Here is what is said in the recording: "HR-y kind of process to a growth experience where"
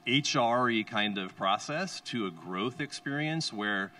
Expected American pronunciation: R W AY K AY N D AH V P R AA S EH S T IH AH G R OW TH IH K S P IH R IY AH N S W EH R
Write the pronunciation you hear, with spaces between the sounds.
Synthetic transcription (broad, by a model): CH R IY K AY N D AH V P R AA S EH S T IH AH G R OW TH IH K S P IH R IY AH N S W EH R